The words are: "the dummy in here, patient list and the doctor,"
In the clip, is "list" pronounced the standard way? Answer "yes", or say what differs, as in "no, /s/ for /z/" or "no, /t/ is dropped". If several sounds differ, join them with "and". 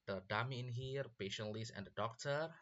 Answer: no, /t/ is dropped